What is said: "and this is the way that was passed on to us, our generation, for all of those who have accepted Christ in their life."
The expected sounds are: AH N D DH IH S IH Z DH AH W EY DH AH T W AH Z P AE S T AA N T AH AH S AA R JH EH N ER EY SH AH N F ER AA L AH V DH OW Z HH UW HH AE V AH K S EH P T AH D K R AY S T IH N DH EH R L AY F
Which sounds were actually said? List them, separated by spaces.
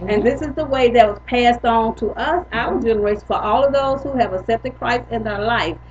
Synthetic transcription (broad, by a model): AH N DH IH S IH Z DH AH W EY DH AH T W AH Z P AE S T N T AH AH S AA L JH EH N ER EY AH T F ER AA L AH V DH OW Z HH UW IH V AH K S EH P T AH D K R AY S IH N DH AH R L AY F